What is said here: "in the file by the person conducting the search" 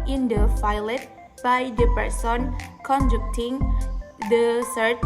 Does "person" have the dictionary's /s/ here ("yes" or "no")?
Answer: yes